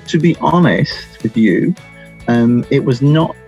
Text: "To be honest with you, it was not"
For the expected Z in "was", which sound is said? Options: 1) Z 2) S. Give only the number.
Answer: 1